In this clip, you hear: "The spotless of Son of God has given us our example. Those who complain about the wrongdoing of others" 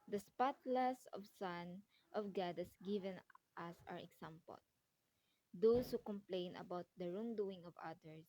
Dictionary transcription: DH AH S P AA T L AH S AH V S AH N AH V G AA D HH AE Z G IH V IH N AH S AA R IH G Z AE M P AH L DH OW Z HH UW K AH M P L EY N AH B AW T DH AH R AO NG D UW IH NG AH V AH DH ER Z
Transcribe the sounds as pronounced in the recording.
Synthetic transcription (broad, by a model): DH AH S P AA T L AH S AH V S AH N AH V G AA D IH S G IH V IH N AH S AA R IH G S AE M P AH L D OW S HH UW K AH M P L EY N AH B AW T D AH R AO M D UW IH NG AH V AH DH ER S